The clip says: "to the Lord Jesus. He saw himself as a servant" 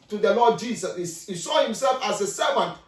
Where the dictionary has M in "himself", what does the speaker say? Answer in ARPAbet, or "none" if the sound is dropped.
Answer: M